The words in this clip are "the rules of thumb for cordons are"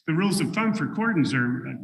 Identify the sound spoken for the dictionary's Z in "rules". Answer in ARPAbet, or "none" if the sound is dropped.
Z